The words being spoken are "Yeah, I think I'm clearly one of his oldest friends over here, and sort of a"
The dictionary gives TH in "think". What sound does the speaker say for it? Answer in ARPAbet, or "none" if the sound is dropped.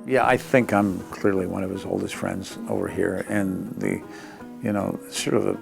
TH